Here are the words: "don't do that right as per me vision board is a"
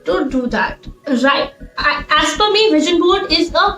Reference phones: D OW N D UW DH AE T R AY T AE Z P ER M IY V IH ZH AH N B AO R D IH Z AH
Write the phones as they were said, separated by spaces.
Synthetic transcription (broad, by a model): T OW D UW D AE T R AY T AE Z F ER M IY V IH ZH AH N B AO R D IH Z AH